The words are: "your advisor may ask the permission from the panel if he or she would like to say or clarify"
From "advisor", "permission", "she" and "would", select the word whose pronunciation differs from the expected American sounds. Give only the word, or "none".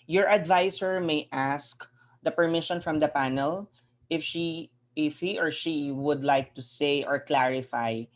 advisor